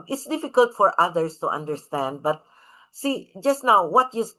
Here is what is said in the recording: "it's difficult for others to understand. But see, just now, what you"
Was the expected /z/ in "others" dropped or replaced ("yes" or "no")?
yes